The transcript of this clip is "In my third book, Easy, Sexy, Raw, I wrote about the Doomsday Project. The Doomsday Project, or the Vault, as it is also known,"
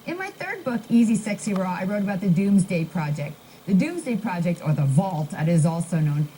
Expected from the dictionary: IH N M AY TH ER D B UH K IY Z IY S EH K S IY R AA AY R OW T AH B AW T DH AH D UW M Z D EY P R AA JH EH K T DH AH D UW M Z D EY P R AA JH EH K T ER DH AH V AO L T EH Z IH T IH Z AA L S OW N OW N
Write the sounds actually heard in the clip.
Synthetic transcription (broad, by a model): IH N M AY TH ER D B UH K IY Z IY S EH K S IY R AA AY R OW T AH B AW T DH AH D UW M Z D EY P R AA JH EH K T DH AH D UW M Z D EY P R AA JH EH K T ER DH AH V AO L T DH IH T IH Z AA L S OW N OW N